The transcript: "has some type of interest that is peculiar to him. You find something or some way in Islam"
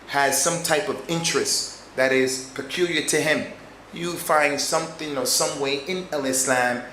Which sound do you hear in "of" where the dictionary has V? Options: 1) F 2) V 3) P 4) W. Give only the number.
2